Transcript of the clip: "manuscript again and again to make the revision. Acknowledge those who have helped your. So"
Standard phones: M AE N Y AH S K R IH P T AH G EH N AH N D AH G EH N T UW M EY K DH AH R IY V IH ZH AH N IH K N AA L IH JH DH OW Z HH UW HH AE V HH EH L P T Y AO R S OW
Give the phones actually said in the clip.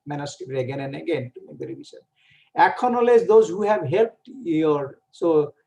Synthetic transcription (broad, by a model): M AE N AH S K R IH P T AH G EH N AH N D AH G EH N T UW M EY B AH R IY B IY S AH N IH K N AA L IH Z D OW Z HH UW HH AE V HH EH L P T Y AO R S OW